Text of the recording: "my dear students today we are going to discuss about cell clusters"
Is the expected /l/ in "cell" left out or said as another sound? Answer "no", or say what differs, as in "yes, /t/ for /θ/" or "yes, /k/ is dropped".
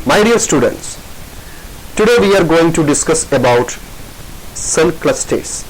yes, /n/ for /l/